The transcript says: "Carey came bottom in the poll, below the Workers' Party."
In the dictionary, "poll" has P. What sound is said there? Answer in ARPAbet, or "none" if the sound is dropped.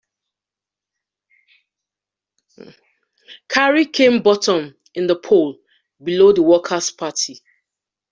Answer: P